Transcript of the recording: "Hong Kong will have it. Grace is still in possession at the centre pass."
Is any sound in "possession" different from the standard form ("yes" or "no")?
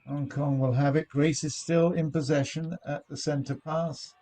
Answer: no